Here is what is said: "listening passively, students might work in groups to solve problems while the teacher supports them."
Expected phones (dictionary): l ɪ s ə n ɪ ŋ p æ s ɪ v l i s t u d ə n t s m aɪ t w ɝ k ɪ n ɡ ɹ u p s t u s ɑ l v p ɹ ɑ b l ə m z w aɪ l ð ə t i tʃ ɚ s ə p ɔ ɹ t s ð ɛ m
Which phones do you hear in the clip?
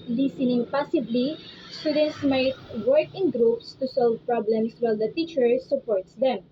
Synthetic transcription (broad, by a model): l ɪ s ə n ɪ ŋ p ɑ s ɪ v l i s t u d ə n t s m aɪ t w ɝ k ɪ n ɡ ɹ u p s t u s ɑ l v p ɹ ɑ b l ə m s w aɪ l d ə t i tʃ ɚ s ə p ɔ ɹ t s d ɛ m